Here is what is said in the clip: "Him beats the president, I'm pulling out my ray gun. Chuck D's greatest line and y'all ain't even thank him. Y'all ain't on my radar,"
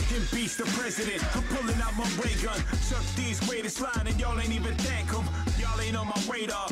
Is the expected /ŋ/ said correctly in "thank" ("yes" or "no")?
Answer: no